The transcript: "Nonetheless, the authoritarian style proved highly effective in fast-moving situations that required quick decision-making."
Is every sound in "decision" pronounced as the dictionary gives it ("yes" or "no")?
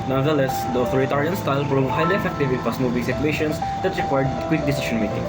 no